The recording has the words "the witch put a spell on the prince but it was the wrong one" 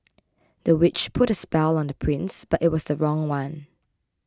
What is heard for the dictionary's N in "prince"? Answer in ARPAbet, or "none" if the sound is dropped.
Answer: N